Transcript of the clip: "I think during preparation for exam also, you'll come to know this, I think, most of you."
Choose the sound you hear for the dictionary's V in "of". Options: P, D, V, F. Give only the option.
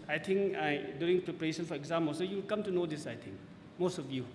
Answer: F